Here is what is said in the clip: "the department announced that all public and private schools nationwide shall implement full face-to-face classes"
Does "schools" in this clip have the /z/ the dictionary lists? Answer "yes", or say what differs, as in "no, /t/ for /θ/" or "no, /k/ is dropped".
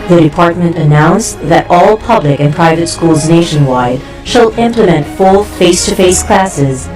yes